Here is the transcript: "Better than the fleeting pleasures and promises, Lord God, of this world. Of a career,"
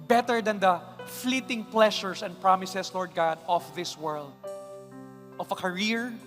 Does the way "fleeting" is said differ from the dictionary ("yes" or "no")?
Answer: no